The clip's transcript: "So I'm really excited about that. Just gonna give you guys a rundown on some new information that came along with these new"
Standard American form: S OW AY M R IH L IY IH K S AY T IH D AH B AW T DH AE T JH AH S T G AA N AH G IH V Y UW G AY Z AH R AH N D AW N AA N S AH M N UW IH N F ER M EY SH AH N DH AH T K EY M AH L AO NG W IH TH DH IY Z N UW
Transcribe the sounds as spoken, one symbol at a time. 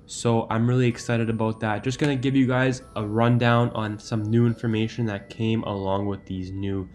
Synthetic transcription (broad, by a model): S OW AY M R IH L IY IH K S AY T IH D AH B AW T DH AE T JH AH S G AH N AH G IH V Y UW G AY Z AH R AH N D AW N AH N S AH M N UW IH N F ER M EY SH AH N DH AH T K EY M AH L AO NG W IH DH IY Z N UW